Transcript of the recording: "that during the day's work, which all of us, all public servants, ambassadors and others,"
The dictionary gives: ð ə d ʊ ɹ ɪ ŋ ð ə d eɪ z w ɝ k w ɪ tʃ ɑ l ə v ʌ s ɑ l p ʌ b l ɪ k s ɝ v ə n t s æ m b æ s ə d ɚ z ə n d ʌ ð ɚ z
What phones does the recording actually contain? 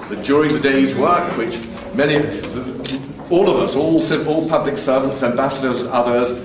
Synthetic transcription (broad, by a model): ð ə d ʊ ɹ ɪ ŋ ð ə d eɪ z w ɝ k w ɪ tʃ ɑ l ə v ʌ s ɑ l p ʌ b l ɪ k s ɝ v ə n t s æ m b æ s ə d ɚ z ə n ʌ ð ɚ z